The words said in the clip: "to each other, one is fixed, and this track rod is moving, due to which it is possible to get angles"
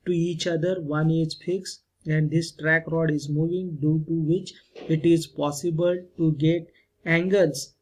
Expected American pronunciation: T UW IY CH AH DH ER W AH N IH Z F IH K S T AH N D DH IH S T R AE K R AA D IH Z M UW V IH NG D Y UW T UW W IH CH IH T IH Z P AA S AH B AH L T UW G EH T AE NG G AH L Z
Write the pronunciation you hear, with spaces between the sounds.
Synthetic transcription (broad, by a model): T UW IY CH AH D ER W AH N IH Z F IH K S AH N D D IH S T R AE K R AA D IH Z M UW V IH NG D Y UW T UW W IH CH IH T IH Z P AA S AH B AH L T UW G EH T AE NG G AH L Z